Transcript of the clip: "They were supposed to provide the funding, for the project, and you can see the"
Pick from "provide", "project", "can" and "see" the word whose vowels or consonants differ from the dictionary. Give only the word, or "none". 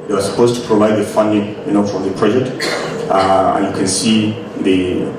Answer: project